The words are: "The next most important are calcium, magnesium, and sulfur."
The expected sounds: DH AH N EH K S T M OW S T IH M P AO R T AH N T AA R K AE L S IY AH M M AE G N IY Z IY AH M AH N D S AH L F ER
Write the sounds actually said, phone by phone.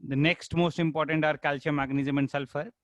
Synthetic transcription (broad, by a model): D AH N EH K S T M OW S T IH M P AO R T AH N T AA R K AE L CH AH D M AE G N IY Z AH M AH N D S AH L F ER